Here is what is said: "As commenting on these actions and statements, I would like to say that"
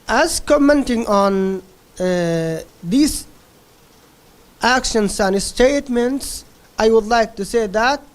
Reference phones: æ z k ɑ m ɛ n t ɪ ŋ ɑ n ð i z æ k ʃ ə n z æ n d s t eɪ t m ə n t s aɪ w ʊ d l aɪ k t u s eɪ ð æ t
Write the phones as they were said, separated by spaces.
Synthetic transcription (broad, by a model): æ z k ɑ m ɛ n t ɪ ŋ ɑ n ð i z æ k ʃ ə n s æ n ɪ s t eɪ t m ə n t s aɪ w ʊ d l aɪ k t u s eɪ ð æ t